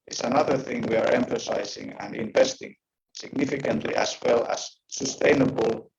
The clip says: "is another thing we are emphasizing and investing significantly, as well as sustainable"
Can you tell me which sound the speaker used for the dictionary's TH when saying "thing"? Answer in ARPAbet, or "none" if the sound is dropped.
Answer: TH